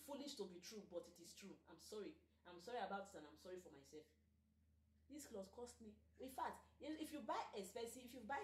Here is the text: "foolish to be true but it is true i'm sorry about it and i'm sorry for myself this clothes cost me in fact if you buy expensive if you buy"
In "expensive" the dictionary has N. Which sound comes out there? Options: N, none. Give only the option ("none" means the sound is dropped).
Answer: none